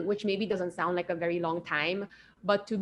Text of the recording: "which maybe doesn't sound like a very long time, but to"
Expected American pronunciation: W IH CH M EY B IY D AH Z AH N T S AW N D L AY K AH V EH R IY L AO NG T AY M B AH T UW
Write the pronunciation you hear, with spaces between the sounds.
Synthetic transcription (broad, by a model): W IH CH M EY B IY D AH Z AH N T S AW N D L AY K AH V EH R IY L AO NG T AY M B AH T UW